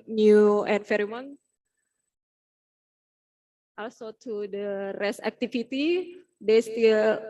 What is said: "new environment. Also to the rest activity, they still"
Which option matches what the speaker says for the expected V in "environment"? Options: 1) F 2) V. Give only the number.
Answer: 1